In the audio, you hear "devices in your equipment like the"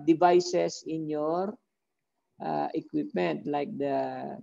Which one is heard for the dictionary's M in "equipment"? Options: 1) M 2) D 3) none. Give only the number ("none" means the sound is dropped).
1